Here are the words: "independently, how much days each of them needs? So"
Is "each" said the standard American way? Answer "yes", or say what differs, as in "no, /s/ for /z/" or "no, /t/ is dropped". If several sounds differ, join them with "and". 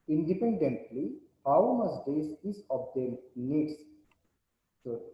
no, /s/ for /tʃ/